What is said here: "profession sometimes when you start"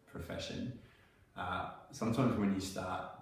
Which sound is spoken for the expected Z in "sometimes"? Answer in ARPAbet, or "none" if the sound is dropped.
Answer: Z